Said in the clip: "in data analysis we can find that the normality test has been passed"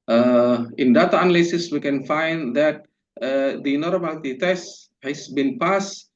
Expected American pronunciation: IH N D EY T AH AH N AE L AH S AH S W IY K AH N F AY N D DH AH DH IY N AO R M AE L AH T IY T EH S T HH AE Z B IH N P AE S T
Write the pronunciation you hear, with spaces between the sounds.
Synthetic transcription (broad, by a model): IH N D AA T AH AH N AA L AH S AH S W IY K AH N F AY N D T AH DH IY N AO R AH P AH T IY T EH S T HH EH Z B IH N P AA S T